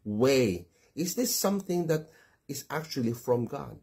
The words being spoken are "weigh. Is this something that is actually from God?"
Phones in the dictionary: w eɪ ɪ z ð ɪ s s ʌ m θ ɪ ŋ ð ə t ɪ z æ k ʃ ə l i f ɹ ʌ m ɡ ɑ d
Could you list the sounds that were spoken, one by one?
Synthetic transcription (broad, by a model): w eɪ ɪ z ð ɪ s s ʌ m θ ɪ ŋ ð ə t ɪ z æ k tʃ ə l i f ɹ ʌ m ɡ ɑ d